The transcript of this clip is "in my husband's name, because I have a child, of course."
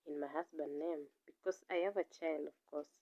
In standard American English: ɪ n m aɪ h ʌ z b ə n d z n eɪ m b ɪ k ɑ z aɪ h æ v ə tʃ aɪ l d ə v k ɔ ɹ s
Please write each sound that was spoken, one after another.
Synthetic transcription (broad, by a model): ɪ n m aɪ h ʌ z b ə n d n eɪ m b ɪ k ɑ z aɪ h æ v ə tʃ aɪ l d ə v k ɔ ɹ s